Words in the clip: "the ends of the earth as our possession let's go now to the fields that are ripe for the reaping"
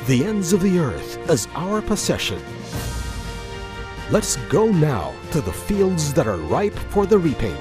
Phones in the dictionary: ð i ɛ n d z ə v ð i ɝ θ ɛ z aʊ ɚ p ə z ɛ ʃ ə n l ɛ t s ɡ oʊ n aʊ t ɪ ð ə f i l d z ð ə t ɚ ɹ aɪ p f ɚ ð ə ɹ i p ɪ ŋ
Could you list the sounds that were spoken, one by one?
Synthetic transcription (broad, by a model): ð i ɛ n d z ə v ð i ɝ θ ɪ z aʊ ɚ p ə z ɛ ʃ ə n l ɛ t s ɡ oʊ n aʊ t ɪ ð ə f i l d z ð ə t ɚ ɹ aɪ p f ɚ ð ə ɹ i p ɪ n